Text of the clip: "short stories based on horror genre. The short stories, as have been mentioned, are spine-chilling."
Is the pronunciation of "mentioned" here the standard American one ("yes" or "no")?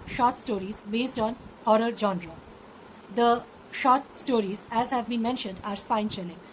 yes